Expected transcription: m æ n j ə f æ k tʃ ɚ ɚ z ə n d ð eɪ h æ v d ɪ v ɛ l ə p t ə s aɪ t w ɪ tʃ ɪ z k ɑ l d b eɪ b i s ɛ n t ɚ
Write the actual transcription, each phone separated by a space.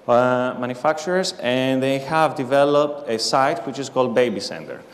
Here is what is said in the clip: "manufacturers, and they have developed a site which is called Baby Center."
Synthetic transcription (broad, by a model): m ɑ n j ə f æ k tʃ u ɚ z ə n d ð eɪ h æ v d ɪ v ɛ l ə p t ə s aɪ t w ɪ tʃ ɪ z k ɑ l d b eɪ b i s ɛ n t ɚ